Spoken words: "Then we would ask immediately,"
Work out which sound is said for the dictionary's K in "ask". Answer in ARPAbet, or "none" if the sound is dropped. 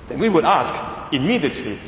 K